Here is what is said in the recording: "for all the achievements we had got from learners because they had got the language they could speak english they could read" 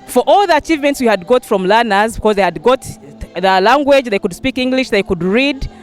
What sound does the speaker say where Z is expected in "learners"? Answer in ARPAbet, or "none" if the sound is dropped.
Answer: Z